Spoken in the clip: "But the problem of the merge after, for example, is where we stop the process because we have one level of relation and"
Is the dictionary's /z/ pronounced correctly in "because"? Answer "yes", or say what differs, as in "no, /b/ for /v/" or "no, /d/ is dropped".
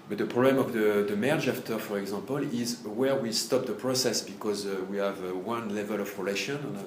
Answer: yes